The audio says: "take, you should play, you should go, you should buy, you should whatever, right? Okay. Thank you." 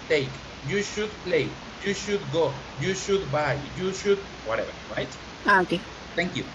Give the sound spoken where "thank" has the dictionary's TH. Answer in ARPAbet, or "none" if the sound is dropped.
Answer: T